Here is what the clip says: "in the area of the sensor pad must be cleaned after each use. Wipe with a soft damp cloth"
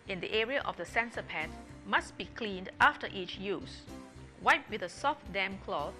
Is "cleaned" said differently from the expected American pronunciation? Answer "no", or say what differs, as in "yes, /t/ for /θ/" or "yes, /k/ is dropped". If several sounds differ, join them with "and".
no